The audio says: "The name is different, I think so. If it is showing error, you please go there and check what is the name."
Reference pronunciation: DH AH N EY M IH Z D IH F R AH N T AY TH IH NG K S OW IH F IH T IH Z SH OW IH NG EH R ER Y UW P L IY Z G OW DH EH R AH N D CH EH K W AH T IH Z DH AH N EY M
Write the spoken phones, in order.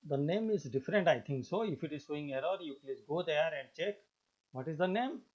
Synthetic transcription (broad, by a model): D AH N EY M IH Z D IH F R AH N T AY T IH NG K S OW IH F IH T IH Z S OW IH NG EH R ER Y UW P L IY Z G OW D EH R AH N D CH EH K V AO T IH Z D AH N EY M